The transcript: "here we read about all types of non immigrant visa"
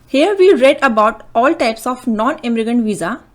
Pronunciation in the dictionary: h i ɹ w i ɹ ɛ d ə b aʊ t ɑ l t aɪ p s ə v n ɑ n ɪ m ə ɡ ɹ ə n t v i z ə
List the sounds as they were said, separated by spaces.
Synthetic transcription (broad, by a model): h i ɹ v i ɹ ɛ d ə b aʊ t ɑ l t aɪ p s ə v n ɑ n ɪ m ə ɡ ə n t v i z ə